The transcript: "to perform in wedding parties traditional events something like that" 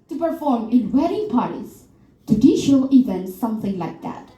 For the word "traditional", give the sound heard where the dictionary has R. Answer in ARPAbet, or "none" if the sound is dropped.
none